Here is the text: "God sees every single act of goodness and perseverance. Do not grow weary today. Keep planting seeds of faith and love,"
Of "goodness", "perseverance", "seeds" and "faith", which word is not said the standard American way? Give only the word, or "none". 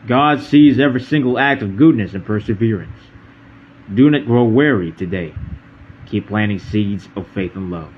none